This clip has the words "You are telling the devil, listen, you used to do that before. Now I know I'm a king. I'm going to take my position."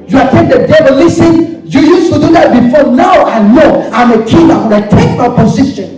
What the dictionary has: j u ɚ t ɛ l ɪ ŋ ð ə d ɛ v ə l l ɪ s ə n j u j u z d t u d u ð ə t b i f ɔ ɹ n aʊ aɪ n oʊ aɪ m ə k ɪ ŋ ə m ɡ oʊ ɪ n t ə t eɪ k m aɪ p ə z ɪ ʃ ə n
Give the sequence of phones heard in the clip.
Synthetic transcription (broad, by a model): j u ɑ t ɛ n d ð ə d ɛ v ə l l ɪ s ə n j u j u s t u d u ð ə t b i f ɔ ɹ n aʊ aɪ n oʊ aɪ m ə k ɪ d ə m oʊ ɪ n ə t eɪ k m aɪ p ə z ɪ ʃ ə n